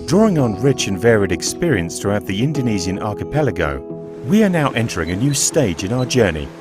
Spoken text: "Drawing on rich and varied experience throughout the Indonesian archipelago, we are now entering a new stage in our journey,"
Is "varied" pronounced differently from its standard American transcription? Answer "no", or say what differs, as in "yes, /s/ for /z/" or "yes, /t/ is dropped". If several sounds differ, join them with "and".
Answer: no